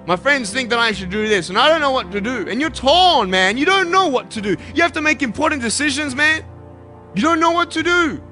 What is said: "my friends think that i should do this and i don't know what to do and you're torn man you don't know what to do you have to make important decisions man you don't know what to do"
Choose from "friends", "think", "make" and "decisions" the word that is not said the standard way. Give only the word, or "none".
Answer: none